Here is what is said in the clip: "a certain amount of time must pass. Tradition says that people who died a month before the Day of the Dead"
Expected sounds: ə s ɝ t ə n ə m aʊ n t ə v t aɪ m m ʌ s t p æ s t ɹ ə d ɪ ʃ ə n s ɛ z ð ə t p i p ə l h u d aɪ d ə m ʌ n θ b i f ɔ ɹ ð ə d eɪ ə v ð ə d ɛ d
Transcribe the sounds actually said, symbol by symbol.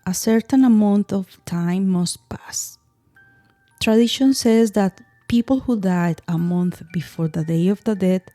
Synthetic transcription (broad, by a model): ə s ɝ t ə n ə m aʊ n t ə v t aɪ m m ʌ s t p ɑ s t ɹ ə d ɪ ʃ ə n s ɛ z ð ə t p i p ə l h u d aɪ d ə m ʌ n θ b i f ɔ ɹ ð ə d eɪ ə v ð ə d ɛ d